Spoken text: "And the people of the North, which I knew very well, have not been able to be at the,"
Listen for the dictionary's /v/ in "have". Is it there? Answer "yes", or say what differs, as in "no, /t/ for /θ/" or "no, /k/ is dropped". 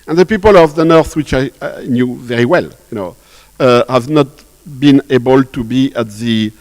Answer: yes